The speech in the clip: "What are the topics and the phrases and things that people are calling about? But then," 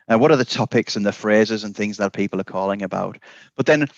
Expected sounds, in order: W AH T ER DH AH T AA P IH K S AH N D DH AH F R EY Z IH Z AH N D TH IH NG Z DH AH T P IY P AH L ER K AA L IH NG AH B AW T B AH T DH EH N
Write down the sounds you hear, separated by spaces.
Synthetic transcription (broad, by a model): W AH T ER DH AH T AA P IH K S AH N DH AH F R EY Z IH Z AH N TH IH NG Z DH AH T P IY P AH L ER K AA L IH NG AH B AW T B AH T DH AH N